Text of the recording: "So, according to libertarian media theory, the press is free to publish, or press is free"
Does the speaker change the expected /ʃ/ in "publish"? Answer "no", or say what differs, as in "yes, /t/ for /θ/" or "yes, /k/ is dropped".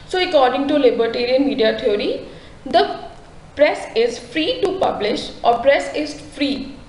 no